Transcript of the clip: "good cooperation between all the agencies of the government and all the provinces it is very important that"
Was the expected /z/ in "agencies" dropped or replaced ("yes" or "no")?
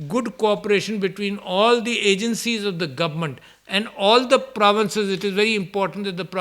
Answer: no